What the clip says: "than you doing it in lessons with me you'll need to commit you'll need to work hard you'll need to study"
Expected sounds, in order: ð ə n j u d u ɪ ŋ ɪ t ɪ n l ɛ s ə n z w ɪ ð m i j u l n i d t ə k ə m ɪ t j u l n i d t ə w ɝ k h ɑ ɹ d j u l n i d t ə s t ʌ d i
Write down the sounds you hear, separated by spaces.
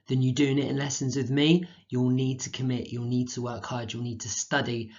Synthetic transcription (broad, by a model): ð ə n j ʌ d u ɪ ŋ ɪ t ɪ n l ɛ s ə n z w ɪ ð m i j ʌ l n i d t ə k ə m ɪ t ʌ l n i d t ə w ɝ k h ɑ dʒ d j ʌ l n i d t ə s t ʌ d i